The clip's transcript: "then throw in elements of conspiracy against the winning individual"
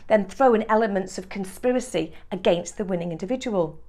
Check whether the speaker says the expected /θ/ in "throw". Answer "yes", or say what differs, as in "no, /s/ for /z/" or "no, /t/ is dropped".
yes